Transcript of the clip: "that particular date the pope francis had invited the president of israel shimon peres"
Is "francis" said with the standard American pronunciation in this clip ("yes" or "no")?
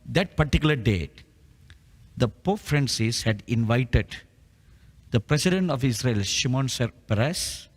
yes